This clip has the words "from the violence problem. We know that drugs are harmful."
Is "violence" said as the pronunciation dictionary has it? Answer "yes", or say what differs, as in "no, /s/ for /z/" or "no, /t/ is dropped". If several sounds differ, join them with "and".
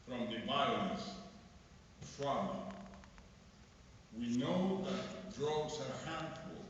no, /b/ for /v/ and /n/ is dropped